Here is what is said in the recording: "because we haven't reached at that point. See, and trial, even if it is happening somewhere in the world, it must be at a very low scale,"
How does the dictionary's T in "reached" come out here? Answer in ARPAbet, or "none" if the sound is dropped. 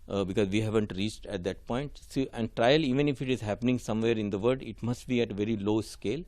T